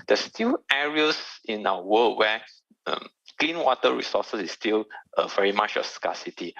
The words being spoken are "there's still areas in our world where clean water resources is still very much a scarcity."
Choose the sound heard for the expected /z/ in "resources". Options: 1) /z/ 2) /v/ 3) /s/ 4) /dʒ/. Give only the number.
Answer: 3